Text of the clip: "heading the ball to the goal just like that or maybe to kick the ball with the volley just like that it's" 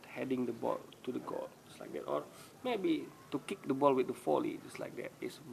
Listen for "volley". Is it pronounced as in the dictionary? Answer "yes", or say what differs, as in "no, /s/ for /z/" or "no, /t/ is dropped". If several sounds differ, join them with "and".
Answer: no, /f/ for /v/